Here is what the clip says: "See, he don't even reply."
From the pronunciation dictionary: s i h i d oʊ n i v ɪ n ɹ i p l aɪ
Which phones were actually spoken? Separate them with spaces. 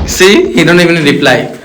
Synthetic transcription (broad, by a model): s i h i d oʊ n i b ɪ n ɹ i p l aɪ